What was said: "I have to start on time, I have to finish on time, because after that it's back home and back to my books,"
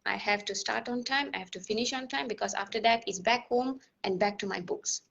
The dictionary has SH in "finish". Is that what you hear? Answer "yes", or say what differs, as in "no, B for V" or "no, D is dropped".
yes